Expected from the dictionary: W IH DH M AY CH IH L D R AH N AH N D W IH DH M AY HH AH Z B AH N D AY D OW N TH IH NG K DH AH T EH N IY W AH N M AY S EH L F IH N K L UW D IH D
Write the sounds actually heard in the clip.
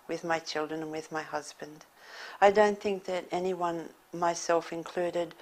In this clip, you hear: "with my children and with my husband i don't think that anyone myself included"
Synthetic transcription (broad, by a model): W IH DH M AY CH IH L D R AH N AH N W IH DH M AY HH AH Z B AH N D AY D OW N TH IH NG K DH AH T EH N IY W AH N M AY S EH L F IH N K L UW D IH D